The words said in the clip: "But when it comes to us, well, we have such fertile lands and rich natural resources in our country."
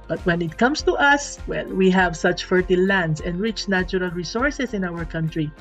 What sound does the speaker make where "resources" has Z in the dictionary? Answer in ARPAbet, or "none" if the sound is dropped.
S